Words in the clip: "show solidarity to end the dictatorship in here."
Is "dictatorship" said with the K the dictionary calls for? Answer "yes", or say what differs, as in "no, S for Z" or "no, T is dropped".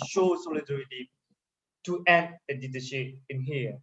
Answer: no, K is dropped